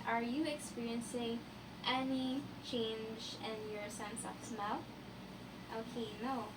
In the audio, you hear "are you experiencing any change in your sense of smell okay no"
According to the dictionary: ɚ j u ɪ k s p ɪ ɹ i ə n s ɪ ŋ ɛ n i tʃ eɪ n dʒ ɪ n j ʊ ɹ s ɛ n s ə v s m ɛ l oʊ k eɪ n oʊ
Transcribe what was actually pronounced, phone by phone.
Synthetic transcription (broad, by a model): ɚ j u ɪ k s p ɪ ɹ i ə n s ɪ ŋ ɛ n i tʃ eɪ n dʒ ɪ n j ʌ ɹ s ɛ n s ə p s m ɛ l oʊ k eɪ n oʊ